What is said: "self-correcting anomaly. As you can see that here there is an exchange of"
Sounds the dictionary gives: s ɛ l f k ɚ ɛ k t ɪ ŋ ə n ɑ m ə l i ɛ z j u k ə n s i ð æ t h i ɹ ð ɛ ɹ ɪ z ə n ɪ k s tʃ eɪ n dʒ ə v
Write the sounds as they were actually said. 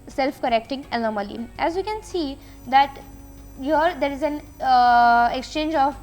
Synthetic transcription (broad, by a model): s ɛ l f k ɚ ɛ k t ɪ ŋ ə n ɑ m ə l i ɛ z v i k ə n s i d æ t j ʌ ɹ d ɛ ɹ ɪ z ə n ɪ k s tʃ eɪ n dʒ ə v